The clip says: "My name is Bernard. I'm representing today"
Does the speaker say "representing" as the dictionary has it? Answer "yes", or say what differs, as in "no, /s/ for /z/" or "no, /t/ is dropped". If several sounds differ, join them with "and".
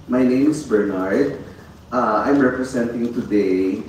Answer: no, /s/ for /z/